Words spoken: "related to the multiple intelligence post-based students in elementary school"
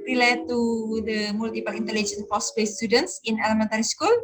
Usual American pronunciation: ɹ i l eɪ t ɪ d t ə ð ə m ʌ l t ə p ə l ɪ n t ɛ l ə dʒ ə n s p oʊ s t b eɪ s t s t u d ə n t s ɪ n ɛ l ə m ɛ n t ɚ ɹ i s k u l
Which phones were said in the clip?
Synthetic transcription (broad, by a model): ɹ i l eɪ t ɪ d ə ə m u l t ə p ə l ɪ n t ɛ l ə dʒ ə n p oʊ s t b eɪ s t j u d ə n t s ɪ n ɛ l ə m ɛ n t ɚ ɹ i s k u l